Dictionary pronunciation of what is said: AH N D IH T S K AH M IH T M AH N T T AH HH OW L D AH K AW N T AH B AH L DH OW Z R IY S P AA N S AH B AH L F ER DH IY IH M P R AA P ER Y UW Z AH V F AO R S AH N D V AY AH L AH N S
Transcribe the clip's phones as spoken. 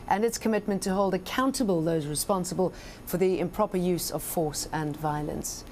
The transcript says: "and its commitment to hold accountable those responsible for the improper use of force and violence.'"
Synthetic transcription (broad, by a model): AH N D IH T S K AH M IH T M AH N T T AH HH OW L D AH K AW N T AH B AH L DH OW Z R IY S P AA N S AH B AH L F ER DH IY IH M P R AA P ER Y UW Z AH V F AO R S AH N V AY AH L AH N S